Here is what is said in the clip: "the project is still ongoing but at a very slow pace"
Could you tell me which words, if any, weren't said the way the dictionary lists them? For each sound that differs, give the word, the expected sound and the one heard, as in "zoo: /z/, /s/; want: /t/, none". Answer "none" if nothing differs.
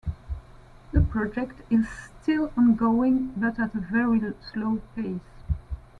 none